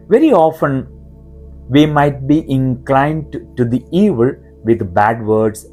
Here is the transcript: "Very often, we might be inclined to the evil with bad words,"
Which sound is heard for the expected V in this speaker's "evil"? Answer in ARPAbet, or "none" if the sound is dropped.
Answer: V